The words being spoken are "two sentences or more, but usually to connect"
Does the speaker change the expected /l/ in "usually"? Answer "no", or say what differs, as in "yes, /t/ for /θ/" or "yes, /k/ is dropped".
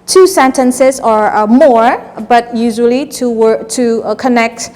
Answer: yes, /w/ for /l/